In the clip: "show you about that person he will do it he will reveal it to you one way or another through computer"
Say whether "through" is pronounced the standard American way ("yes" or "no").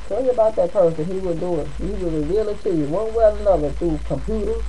no